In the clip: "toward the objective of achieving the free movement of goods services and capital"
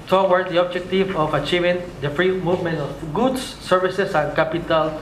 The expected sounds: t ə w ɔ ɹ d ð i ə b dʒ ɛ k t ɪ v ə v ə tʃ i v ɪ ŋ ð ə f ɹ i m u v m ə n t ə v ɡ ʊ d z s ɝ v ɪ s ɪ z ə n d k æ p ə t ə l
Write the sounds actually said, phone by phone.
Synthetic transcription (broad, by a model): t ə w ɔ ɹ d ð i ə b dʒ ɛ k t ɪ v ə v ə tʃ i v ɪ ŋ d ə f ɹ i m u v m ə n t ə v ɡ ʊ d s s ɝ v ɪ s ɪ s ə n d k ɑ p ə t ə l